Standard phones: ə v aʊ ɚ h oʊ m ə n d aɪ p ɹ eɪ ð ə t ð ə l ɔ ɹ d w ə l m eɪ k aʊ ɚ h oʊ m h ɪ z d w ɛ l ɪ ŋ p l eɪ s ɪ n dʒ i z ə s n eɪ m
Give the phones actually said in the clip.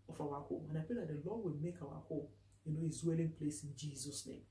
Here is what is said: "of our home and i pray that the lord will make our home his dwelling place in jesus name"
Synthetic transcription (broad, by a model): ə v aʊ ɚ h oʊ m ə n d aɪ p eɪ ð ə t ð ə l ɔ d w ə l m eɪ k aʊ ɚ h oʊ m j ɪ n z w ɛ l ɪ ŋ p l eɪ s ɪ n dʒ i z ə s n eɪ m